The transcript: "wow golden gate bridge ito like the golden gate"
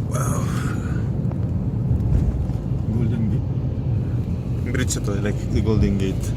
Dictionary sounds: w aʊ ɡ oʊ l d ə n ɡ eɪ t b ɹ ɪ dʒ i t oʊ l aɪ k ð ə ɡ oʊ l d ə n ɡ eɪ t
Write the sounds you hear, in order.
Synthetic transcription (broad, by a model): w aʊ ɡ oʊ l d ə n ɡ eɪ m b ɹ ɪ tʃ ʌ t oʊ l aɪ k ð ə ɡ oʊ l d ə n ɡ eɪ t